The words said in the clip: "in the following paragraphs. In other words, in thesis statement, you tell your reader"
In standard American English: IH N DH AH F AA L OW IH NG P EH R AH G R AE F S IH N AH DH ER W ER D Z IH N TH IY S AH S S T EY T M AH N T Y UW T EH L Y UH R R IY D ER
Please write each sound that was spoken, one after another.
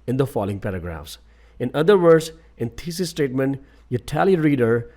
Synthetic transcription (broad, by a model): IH N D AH F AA L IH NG P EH R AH G R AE F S IH N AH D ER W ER D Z IH N T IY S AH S S T EY T M AH N T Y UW T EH L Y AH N R IY D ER